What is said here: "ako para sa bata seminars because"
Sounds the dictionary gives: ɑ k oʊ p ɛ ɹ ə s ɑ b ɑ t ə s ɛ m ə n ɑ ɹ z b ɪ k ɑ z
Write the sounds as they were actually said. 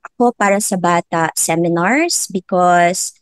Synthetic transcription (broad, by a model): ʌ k oʊ p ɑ ɹ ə s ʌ b ɑ t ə s ɛ m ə n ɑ ɹ s b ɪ k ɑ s